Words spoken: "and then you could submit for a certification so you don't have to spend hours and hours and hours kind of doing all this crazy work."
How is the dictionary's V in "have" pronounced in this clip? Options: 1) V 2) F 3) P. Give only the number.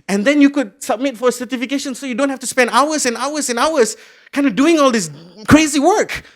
2